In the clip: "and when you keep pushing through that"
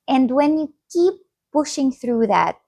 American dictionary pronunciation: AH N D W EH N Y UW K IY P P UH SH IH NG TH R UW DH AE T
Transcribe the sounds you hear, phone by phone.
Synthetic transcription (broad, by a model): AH N D W EH N Y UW K IY P P UH SH IH NG TH R UW DH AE T